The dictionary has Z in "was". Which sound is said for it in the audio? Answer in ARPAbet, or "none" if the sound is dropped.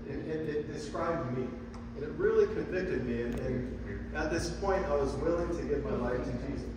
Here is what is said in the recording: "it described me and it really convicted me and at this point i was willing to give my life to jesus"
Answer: Z